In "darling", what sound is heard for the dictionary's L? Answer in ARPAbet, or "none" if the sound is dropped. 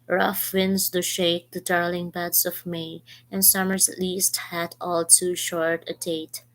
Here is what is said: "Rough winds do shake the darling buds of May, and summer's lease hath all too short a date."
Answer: L